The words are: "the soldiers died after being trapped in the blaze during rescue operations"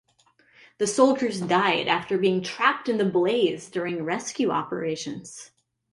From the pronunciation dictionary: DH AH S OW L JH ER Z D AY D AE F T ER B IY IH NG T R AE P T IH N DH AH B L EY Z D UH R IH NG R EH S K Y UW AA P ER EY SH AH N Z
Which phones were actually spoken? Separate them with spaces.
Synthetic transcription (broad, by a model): DH AH S OW L JH ER Z D AY D AE F T ER B IY IH NG T R AE P T IH N DH AH B L EY Z D UH R IH NG R EH S K Y UW AA P ER EY SH AH N Z